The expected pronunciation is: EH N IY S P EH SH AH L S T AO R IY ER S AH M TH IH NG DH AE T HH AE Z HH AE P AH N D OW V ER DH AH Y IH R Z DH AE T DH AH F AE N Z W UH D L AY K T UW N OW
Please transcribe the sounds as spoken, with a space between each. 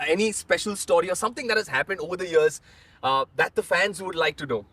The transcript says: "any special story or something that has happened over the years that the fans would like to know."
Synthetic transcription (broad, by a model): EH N IY S P EH SH AH L S T AO R IY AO S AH M T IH NG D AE T HH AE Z HH AE P AH N D OW V ER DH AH Y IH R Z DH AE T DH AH F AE N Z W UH D L AY K T UW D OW